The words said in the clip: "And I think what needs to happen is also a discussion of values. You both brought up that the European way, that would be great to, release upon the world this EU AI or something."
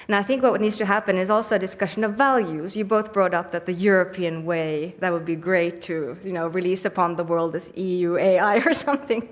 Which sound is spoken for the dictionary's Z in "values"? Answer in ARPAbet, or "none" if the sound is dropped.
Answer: Z